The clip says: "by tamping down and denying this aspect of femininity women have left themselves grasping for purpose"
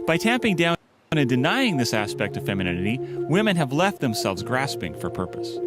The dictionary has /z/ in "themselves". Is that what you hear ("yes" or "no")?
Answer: yes